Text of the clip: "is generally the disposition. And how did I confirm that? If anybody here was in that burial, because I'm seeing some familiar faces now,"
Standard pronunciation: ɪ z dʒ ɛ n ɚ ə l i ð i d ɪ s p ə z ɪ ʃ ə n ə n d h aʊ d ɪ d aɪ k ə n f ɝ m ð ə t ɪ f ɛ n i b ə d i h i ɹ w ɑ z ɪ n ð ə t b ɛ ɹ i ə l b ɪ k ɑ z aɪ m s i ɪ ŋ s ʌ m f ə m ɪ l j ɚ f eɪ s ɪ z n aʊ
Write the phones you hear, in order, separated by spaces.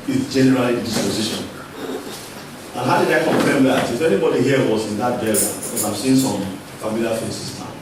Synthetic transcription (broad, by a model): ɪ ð dʒ ɛ n ɚ ə l i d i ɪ s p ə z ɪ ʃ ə n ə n h aʊ d ɪ d aɪ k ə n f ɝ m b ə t ɪ f ɛ n i b ə d i h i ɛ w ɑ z ɪ n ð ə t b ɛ l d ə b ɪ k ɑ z aɪ m s i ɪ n s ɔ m f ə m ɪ l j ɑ f eɪ s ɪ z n aʊ